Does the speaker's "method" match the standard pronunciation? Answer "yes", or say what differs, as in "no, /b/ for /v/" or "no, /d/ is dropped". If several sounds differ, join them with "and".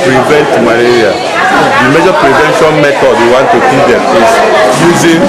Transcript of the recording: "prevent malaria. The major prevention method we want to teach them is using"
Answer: no, /t/ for /θ/